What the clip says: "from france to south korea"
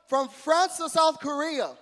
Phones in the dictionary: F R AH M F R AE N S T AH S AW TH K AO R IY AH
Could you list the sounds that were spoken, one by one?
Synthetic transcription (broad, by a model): F R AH M F R AE N S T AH S AW TH K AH R IY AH